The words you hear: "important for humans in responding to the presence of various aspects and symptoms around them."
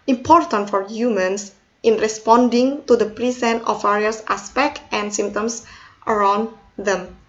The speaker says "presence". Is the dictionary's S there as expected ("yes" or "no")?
no